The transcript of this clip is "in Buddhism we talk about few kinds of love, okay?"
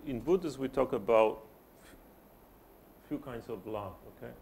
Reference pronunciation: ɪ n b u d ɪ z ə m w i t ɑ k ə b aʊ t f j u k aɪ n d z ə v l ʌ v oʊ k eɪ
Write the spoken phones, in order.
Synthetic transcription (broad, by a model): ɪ n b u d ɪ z w i t ɑ k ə b aʊ t f j u k aɪ n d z ə v l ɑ f oʊ k eɪ